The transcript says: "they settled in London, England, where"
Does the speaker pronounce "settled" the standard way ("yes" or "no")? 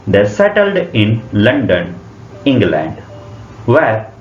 yes